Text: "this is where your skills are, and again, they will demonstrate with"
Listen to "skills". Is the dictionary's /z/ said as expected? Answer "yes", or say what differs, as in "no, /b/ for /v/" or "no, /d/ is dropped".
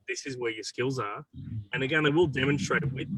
yes